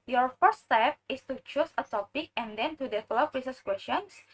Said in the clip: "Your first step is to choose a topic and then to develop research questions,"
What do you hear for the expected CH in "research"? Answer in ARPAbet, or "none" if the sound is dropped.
S